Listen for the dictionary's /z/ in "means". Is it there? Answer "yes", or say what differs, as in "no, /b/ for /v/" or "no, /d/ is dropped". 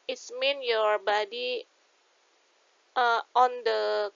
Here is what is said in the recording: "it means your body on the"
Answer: no, /z/ is dropped